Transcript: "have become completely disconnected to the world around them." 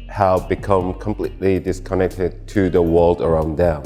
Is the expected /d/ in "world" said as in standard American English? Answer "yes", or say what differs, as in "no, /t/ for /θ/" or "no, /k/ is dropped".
yes